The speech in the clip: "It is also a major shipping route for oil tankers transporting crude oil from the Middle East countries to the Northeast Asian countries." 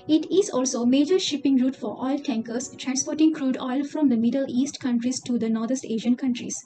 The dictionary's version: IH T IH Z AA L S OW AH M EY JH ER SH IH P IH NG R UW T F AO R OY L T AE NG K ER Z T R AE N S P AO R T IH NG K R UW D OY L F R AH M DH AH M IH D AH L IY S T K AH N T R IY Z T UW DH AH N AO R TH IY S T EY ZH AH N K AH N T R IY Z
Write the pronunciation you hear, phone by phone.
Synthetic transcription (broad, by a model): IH T IH Z AA L S OW M EY JH ER SH IH P IH NG R UW T F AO R OY L T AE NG K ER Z T R AE N S P AO R T IH NG K R UW D OY L F R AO M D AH M IH D AH L IY S T K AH N T R IY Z T UW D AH N AO R T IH S T EY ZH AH N K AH N T R IY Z